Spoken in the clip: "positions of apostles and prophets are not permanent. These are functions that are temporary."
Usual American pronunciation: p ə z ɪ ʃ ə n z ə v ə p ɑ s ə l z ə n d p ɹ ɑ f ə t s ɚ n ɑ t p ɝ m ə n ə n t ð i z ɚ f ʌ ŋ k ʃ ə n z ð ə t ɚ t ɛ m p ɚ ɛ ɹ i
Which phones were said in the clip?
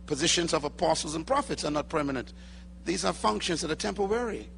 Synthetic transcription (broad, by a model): p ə z ɪ ʃ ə n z ə v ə p ɑ s l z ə n p ɹ ɑ f ə t s ɚ n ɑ t p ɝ m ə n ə n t ð i z ɚ f ʌ ŋ k ʃ ə n z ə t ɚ t ɛ m p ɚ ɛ ɹ i